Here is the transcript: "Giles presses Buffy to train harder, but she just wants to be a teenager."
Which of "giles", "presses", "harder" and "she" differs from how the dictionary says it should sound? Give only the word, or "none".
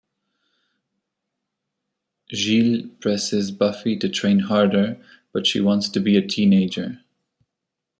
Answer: giles